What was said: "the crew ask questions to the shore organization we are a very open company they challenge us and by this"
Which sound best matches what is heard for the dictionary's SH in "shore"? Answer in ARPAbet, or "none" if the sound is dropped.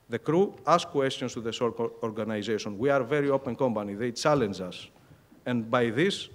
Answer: S